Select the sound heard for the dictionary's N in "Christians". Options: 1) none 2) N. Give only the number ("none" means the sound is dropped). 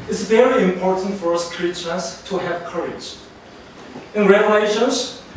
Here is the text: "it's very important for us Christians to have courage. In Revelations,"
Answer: 1